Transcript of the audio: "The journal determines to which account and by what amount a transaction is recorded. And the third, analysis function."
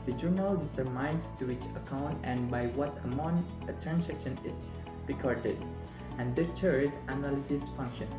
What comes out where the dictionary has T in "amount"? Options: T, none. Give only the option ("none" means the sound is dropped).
none